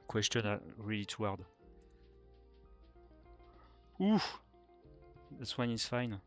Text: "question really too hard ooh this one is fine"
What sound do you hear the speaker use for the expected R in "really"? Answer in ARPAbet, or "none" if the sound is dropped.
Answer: R